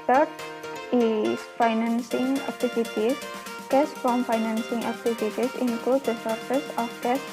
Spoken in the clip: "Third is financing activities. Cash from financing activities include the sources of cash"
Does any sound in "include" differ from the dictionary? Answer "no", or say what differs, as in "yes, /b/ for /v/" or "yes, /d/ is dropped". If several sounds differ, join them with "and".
yes, /l/ is dropped